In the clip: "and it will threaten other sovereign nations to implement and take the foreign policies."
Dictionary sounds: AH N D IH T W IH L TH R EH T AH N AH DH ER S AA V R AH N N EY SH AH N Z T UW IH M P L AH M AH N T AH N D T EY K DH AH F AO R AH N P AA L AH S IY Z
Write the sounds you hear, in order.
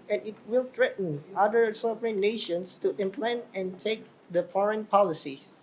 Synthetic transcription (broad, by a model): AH N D IH T W IH L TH R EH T N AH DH ER S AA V R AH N N EY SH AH N S T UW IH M P L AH N AH N T EY K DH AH F AO R AH N P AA L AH S IY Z